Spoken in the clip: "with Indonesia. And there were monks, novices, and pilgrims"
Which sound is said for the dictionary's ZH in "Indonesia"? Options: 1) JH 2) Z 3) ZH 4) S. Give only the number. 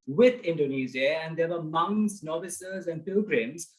2